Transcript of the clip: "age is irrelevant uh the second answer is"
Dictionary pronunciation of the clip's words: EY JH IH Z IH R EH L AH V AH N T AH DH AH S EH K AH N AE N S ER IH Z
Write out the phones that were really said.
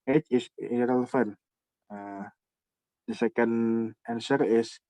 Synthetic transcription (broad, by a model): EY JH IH S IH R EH L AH F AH N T AH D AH S EH K AH N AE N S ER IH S